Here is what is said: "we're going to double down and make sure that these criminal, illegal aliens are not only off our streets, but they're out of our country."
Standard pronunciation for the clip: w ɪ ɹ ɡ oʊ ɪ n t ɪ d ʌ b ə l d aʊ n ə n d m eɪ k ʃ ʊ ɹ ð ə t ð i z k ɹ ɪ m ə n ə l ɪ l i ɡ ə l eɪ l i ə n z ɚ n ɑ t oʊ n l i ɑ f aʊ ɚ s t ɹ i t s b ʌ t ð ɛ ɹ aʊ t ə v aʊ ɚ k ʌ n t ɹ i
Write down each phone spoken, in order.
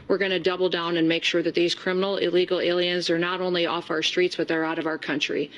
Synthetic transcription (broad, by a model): w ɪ ɹ ɡ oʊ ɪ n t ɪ d ʌ b l d aʊ n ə n m eɪ k ʃ ʊ ɹ ð ə t ð i z k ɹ ɪ m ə n l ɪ l i ɡ l eɪ l i ə n z ɚ n ɑ t oʊ n l i ɑ f aʊ ɚ s t ɹ i t s b ʌ t ð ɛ ɹ aʊ t ə v aʊ ɚ k ʌ n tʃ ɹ i